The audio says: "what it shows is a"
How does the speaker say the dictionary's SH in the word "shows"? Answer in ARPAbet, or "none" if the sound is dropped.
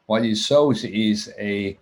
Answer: S